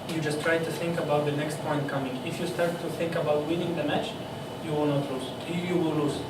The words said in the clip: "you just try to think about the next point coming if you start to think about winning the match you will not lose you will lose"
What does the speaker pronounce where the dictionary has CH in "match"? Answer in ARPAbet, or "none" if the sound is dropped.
CH